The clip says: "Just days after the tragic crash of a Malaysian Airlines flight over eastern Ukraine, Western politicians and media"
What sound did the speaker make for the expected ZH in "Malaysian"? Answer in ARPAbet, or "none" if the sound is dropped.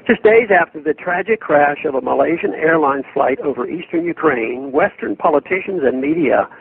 ZH